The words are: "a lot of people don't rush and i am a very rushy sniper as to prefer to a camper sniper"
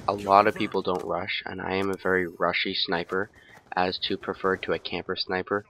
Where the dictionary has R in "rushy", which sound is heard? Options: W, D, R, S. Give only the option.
R